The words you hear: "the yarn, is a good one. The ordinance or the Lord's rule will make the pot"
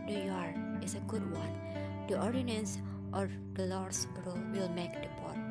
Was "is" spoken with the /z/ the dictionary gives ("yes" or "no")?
no